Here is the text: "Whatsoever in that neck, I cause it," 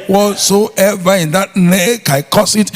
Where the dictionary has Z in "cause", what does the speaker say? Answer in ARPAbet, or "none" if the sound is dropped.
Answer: S